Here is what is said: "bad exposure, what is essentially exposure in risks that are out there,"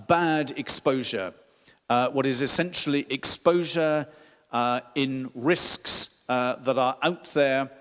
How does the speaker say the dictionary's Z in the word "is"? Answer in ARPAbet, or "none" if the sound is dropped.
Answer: Z